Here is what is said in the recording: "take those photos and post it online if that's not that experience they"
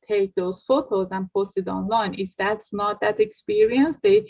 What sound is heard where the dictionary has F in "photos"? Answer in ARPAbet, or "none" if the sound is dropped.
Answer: F